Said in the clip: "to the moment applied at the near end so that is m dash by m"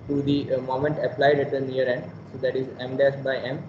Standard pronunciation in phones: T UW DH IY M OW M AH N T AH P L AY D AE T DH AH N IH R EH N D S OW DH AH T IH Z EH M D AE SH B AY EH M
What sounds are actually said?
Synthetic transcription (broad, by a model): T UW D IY M OW M AH N T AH P L AY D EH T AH N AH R EH N D S OW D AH T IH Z EH M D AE S B AY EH M